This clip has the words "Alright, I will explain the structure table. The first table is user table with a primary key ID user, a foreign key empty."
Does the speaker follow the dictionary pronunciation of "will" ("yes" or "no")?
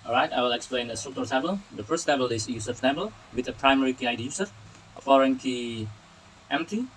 yes